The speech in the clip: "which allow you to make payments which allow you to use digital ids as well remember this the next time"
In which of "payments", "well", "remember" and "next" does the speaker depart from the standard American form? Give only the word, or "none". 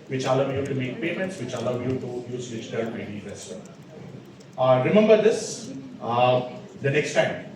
well